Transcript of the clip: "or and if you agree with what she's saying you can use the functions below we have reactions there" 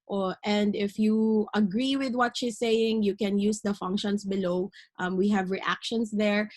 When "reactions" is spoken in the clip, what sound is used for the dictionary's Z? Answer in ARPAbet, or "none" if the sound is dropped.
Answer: S